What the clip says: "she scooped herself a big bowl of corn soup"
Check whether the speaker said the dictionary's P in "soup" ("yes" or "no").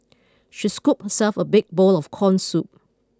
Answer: yes